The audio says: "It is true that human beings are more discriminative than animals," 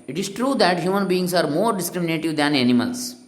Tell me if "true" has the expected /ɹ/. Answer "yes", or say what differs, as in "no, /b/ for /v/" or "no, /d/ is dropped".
yes